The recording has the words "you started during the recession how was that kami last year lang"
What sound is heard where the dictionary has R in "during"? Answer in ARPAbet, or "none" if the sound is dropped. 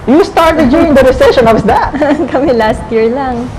none